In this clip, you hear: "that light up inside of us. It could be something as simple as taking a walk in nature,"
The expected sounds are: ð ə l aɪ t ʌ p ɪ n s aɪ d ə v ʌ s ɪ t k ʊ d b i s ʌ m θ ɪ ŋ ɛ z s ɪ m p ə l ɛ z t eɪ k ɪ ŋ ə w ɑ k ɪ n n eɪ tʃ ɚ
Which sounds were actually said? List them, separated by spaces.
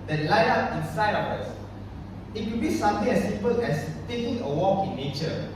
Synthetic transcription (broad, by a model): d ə l aɪ ɑ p ɪ n s aɪ d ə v ʌ s ɪ t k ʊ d b i s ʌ m t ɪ ŋ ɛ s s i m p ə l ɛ s t eɪ k ɪ ŋ ə w ɑ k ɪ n n eɪ tʃ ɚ